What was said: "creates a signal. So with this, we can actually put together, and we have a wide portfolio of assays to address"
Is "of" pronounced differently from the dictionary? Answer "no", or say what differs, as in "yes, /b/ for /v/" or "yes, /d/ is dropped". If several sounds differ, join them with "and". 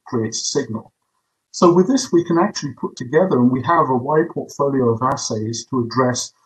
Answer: no